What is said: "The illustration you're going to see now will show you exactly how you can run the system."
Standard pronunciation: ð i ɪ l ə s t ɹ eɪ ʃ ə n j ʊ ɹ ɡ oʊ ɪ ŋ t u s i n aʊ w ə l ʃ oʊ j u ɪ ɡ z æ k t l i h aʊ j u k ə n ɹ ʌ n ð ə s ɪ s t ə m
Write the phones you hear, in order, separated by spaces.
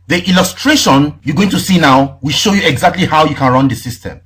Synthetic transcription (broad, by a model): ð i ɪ l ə s t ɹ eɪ ʃ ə n j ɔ ɡ oʊ ɪ ŋ t u s i n aʊ w ə l ʃ oʊ j u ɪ ɡ z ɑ k t l i h aʊ j u k ə n ɹ ʌ n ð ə s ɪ s t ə m